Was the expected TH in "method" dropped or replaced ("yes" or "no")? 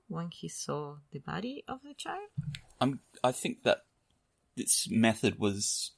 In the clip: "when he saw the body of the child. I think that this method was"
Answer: no